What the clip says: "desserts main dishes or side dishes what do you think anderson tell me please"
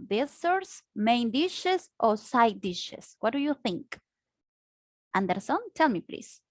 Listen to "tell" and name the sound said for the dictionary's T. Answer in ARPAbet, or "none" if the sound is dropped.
T